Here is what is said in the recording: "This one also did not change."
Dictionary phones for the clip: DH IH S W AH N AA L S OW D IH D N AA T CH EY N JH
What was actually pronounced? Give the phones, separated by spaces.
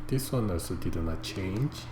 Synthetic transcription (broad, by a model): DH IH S W AH N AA S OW D IH D N AA T CH EY N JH